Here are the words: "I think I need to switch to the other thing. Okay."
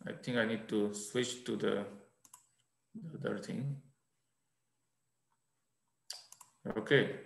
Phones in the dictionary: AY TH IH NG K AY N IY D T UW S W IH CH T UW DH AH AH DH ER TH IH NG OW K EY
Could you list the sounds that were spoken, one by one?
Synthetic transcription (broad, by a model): AY T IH NG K AY N IY D T UW S W IH CH T UW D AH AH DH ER T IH NG OW K EY